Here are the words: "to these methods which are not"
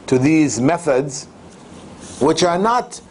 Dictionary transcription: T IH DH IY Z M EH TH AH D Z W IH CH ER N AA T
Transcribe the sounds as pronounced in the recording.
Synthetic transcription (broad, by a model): T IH DH IY Z M EH TH AH D Z W IH CH ER N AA T